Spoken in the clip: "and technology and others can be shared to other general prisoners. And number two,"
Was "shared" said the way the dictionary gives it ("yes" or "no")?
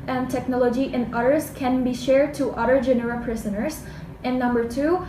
yes